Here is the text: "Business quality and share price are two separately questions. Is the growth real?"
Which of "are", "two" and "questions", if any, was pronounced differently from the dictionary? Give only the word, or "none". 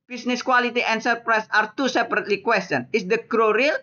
questions